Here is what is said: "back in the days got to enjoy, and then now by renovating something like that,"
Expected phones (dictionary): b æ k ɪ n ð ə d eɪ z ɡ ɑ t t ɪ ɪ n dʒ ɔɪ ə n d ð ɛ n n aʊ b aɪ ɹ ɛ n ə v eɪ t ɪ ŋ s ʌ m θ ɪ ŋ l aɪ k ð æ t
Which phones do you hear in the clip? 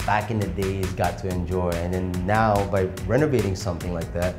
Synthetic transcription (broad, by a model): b æ k ɪ n ð ə d eɪ z ɡ ɑ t t ɪ ɪ n dʒ ɔɪ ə n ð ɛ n n aʊ b aɪ ɹ ɛ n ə v eɪ t ɪ ŋ s ʌ m θ ɪ ŋ l aɪ k ð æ t